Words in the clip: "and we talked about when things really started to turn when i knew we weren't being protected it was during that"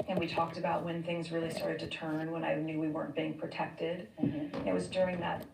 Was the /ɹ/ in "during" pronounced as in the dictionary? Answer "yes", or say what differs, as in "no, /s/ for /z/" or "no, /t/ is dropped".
yes